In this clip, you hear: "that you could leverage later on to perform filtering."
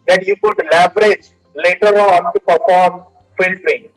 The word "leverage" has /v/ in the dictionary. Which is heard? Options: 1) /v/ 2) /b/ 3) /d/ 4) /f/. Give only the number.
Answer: 2